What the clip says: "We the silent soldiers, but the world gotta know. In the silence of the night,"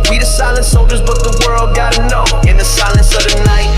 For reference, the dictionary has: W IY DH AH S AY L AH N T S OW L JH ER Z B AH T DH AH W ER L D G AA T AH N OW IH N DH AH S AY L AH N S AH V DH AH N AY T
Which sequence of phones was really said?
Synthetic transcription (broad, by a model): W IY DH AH S AY L AH N T S OW L JH ER Z B AH T DH AH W ER L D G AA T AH N OW IH N DH AH S AY L AH N S AH V DH AH N AY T